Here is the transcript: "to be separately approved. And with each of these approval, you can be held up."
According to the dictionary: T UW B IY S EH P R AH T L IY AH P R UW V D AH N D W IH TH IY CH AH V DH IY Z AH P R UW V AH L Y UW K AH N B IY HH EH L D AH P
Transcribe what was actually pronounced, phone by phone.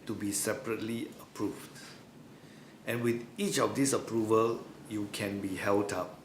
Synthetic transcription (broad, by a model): T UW B IY S EH P R AH T L IY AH P R UW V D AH N W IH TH IY CH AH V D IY S AH P R UW V AH L Y UW K AH N B IY HH EH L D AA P